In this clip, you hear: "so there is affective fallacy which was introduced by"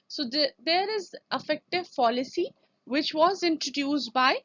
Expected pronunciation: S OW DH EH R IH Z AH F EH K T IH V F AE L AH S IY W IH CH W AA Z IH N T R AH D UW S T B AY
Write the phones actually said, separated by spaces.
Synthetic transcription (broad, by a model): S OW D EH R IH Z AH F EH K T IH V P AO L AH S IY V IH CH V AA Z IH N T R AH D UW S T B AY